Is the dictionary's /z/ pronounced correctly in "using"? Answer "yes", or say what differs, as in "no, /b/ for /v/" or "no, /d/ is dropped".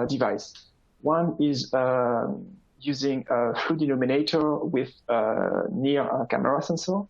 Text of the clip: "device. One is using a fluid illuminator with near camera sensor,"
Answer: yes